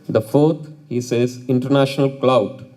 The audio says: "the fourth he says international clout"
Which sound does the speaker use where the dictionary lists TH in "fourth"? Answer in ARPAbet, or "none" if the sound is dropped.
T